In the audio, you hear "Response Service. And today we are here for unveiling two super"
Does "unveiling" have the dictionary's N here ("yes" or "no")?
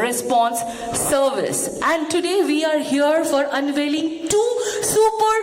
yes